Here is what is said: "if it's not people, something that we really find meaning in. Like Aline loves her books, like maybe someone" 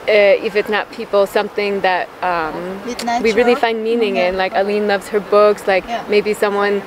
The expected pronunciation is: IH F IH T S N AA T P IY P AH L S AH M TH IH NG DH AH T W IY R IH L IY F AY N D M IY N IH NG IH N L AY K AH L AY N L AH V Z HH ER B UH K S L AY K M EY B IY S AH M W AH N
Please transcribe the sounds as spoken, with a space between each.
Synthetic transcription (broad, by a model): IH F IH T S N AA T P IY P L S AH M TH IH NG DH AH T W IY R IH L IY F AY N D M IY N IH NG IH N L AY K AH L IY N L AH V Z HH ER B UH K S L AY K M EY B IY S AH M W AH N